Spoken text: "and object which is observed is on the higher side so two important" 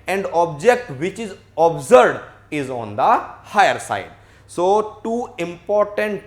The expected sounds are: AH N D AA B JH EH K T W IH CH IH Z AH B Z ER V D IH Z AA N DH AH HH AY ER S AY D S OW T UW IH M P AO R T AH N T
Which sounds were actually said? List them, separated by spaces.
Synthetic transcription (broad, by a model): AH N D AA B JH EH K T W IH CH IH Z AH B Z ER D IH Z AA N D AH HH AY ER S AY D S OW T UW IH M P AO R T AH N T